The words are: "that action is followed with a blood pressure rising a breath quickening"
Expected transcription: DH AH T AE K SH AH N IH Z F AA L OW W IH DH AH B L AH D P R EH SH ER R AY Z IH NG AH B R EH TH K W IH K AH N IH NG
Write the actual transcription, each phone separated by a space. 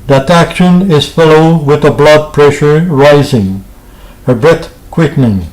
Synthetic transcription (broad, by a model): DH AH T AE K SH AH N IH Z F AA L OW W IH DH AH B L AH D P R EH SH ER R AY Z IH NG AH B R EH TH K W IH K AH N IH NG